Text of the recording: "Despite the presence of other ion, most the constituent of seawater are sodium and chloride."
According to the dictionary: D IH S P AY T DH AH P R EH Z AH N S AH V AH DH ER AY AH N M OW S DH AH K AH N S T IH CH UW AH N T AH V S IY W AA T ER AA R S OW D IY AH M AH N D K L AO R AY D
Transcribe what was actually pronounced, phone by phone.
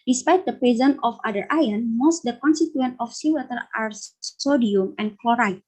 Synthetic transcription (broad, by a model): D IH S P AY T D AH P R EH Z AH N AH F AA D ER AY AH N M OW S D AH K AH N S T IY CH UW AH N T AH F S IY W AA T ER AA R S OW D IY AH M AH N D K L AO R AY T